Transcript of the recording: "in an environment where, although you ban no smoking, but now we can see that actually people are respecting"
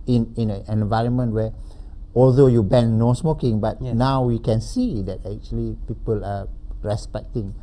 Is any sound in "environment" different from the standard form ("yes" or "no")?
no